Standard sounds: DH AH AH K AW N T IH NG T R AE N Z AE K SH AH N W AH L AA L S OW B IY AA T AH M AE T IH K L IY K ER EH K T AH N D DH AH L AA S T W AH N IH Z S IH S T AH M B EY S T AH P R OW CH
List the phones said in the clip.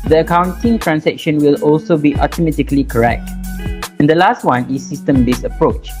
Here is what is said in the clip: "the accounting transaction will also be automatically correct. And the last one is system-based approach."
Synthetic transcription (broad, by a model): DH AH AH K AW N T IH NG T R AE N S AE K SH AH N W AH L AA L S OW B IY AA T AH M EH T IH K L IY K ER EH K T AH N D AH L AA S T W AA N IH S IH S T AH M B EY S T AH P R OW CH